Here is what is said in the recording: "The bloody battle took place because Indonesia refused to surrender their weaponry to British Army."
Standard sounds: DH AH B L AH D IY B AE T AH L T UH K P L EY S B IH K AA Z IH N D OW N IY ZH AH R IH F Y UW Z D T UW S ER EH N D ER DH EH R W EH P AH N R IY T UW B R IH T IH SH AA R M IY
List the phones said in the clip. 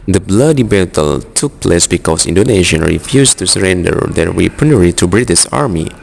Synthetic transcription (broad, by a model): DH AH B L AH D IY B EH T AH L T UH K P L EY S B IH K AA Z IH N D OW N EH SH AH R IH F Y UW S T UW S ER EH N D ER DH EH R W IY P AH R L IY T UW B R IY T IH S AA R M IY